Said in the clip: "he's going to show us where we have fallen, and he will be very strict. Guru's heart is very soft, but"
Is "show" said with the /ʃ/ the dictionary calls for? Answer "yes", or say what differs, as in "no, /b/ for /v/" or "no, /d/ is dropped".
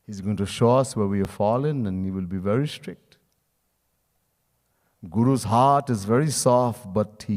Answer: yes